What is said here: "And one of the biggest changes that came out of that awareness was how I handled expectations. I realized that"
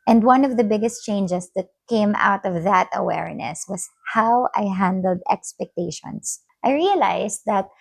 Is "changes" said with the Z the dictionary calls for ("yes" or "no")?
no